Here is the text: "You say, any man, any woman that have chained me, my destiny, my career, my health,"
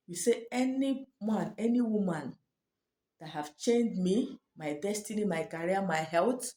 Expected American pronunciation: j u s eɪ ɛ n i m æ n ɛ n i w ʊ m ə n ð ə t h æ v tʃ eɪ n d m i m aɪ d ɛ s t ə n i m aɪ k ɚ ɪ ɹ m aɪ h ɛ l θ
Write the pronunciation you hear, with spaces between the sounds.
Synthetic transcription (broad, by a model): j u s eɪ ɛ n i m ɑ n ɛ n i w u m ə n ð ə t h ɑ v tʃ eɪ n d m i m aɪ d ɛ s t ə n i m aɪ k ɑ ɹ m aɪ h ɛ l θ